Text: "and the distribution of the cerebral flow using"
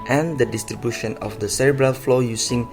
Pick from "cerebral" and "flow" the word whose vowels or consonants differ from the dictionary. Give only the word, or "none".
none